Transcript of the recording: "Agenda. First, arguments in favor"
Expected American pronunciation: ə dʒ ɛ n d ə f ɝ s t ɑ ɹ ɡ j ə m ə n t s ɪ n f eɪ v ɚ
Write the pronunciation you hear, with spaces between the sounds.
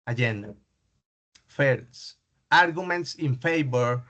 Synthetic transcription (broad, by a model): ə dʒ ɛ n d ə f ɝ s ɑ ɹ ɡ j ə m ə n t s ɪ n f eɪ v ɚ